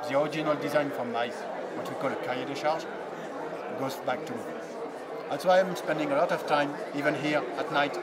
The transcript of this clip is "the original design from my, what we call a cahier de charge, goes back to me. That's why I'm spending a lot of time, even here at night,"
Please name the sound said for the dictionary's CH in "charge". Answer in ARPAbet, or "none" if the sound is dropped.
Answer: SH